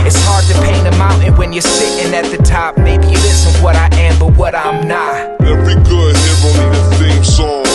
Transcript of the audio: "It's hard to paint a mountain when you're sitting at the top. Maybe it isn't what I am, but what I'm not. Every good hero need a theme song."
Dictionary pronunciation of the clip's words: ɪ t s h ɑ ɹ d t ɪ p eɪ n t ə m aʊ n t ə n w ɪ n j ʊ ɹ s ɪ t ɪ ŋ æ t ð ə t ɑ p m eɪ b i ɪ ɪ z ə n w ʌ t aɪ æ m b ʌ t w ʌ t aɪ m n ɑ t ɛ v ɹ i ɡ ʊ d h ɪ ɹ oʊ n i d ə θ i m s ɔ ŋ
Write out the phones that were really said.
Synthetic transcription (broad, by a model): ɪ t s h ɑ ɹ d t ɪ p eɪ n ə m aʊ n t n w ɪ n j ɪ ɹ s ɪ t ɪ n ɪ t ð ə t ɑ p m eɪ b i ɪ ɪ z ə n w ʌ t aɪ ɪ m b ʌ t w ʌ t aɪ m n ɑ t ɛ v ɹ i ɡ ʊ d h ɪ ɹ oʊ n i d ə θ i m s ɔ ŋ